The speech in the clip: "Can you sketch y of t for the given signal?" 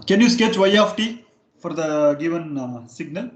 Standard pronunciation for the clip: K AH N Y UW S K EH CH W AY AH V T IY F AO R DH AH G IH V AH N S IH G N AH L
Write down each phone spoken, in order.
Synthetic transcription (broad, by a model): K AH N Y UW S K EH CH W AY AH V T IY F AO R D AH G IH V AH N S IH G N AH L